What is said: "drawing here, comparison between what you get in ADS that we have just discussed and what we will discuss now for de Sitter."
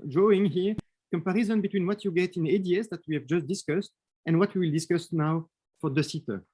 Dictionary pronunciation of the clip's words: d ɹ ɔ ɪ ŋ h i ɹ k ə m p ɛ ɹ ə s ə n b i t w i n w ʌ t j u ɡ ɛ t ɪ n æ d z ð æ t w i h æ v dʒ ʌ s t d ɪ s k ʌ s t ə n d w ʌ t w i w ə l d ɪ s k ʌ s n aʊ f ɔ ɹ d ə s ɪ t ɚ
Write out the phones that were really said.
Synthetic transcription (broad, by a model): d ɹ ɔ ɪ ŋ h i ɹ k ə m p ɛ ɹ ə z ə n b i t w i n w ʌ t j u ɡ ɛ t ɪ n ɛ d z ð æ t w i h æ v dʒ ʌ s t d ɪ s k ʌ s t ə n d w ʌ t w i w ə l d ɪ s k ʌ s n aʊ f ɔ ɹ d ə s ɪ t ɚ